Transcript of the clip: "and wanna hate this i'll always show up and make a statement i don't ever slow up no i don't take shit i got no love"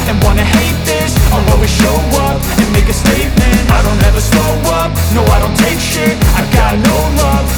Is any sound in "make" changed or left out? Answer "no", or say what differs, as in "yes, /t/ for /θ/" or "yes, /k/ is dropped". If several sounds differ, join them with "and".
no